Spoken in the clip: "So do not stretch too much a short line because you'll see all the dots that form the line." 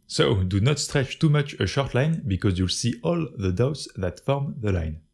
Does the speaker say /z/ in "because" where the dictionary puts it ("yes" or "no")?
yes